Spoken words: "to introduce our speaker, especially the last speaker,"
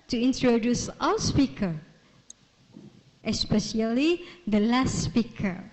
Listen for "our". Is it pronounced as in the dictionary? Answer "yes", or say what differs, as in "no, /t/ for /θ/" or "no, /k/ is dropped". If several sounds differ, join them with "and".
no, /w/ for /ɹ/